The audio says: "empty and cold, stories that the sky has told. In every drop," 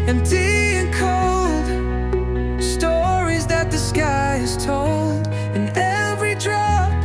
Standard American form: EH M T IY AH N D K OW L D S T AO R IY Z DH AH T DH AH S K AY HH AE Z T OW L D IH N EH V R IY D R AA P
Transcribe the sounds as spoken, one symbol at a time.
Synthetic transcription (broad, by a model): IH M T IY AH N K OW L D S T AO R IY Z DH AH T DH AH S K AY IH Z T OW L D IH N EH V R IY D R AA